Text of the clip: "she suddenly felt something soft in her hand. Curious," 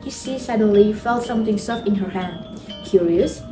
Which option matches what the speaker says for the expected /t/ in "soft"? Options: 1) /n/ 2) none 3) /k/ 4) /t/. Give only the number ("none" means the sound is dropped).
2